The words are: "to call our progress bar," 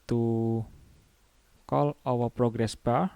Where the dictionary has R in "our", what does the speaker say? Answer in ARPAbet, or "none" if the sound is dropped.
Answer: W